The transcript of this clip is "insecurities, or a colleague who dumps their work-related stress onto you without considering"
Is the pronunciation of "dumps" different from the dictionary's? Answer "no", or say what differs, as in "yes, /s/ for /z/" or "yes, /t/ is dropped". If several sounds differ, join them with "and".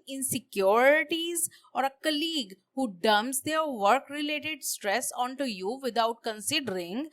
yes, /p/ is dropped